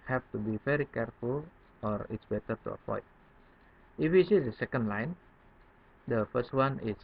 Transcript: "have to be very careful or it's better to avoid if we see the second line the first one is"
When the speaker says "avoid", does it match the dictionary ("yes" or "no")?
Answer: no